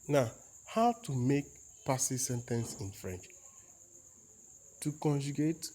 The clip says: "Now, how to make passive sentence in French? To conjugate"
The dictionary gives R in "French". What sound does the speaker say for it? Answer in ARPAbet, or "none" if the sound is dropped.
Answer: R